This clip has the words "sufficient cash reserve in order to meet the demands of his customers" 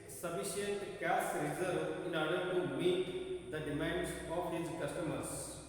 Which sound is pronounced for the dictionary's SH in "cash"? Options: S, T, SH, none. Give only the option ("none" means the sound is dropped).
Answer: S